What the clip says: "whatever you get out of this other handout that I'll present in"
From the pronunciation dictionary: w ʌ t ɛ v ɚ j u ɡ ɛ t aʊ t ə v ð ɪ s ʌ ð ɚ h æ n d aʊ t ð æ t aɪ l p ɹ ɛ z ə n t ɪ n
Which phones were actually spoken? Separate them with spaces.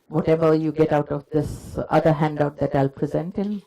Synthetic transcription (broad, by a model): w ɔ t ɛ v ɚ j u ɡ ɛ t aʊ t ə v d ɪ s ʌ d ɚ h æ n d aʊ t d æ t aɪ l p ɹ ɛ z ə n t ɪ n